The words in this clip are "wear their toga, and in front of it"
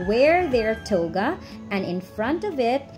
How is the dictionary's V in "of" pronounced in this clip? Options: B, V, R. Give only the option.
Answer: V